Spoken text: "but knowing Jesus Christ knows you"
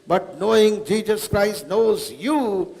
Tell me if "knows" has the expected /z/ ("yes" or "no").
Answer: yes